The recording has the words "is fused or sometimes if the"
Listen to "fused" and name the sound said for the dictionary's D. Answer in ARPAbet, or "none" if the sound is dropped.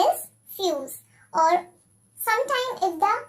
none